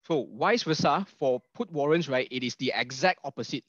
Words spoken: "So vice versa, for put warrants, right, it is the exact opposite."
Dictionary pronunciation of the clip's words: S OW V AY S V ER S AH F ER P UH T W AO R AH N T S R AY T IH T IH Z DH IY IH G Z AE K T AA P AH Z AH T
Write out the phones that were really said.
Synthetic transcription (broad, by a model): S OW W AY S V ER S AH F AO P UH T W AO R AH N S R AY T IH T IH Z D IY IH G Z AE K T AA P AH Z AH T